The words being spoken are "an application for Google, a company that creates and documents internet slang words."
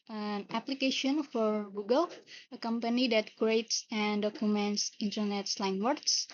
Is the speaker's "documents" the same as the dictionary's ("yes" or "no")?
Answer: yes